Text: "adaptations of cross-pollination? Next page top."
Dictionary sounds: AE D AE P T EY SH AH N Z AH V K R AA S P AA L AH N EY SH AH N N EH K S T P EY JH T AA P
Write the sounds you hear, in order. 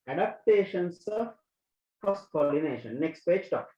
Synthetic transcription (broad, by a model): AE D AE P T EY SH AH N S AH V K AA S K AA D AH N EY SH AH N N EH K S T P EY JH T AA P